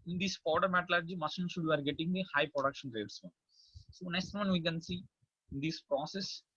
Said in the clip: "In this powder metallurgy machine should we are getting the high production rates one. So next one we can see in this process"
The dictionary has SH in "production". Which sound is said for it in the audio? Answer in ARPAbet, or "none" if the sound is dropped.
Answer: SH